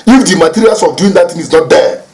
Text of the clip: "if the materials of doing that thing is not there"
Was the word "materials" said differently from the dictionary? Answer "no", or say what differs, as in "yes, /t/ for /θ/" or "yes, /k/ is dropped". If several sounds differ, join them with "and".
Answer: yes, /s/ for /z/